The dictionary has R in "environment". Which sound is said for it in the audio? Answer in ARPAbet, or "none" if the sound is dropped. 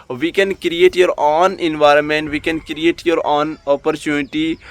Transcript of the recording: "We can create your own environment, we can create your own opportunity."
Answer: R